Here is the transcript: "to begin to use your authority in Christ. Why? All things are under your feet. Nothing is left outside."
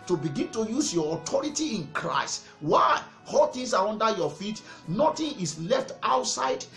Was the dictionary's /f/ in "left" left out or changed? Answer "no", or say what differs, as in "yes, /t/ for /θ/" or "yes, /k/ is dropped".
no